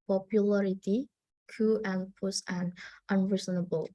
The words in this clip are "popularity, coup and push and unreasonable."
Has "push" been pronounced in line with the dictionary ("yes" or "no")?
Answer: no